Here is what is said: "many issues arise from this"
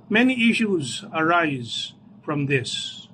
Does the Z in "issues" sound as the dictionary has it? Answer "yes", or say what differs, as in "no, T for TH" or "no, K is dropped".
yes